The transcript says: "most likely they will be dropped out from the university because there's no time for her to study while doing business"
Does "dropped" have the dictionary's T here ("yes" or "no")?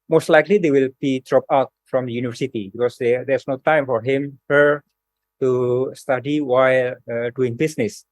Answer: no